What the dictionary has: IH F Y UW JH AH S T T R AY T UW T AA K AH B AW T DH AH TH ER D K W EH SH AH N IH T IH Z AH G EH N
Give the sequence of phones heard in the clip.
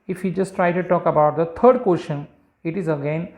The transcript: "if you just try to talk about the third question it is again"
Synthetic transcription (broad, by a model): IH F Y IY JH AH S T T R AY T UW T AA K AH B AW T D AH T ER D K W EH SH AH N IH T IH Z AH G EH N